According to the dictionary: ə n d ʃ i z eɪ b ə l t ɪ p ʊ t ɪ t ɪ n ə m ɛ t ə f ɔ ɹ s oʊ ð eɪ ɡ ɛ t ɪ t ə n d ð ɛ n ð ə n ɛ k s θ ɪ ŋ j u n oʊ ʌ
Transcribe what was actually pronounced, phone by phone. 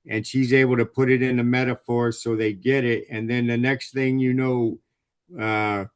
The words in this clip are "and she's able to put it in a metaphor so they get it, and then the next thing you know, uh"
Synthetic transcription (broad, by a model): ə n ʃ i z eɪ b l t ɪ p ʊ t ɪ t ɪ n ə m ɛ t ə f ɔ ɹ s oʊ ð eɪ ɡ ɛ t ɪ t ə n ð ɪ n ð ə n ɛ k s θ ɪ ŋ j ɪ n oʊ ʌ